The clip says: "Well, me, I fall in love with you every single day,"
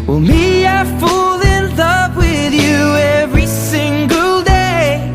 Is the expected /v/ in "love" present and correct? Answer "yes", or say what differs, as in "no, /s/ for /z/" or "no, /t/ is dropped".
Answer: no, /p/ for /v/